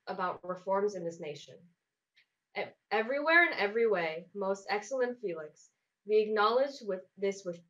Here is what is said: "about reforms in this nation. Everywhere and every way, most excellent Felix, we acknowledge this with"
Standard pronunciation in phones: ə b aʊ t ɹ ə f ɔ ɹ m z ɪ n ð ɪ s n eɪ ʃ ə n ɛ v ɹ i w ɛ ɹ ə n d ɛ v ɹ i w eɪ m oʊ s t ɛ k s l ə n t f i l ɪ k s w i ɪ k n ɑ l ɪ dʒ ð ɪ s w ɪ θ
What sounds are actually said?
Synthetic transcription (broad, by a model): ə b aʊ t ɹ ə f ɔ ɹ m z ɪ n ð ɪ s n eɪ ʃ ə n ɛ v ɹ i w ɛ ɹ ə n ɛ v ɹ i w eɪ m oʊ s t ɛ k s l ə n t f i l ɪ k s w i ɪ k n ɑ l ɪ dʒ ð ɪ s w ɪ